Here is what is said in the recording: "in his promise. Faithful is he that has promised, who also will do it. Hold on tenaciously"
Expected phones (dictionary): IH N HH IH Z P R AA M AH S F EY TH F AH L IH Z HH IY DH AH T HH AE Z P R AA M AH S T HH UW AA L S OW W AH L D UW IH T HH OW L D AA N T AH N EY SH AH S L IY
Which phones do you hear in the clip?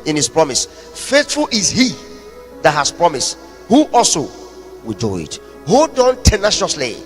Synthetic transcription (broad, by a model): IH N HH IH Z P R AA M AH S F EY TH F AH L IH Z HH IY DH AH T HH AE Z P R AA M AH S T HH UW AA L S OW W AH L D UW IH T HH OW D AA N T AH N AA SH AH S L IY